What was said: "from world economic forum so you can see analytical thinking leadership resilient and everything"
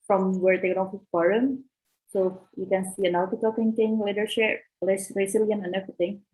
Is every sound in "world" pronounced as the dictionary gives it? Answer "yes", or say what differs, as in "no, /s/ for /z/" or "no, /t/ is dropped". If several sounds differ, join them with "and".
no, /l/ is dropped